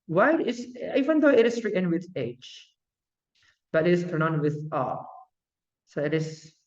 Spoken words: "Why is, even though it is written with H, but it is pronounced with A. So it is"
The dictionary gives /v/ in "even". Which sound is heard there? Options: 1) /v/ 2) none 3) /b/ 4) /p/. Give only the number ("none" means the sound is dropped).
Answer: 1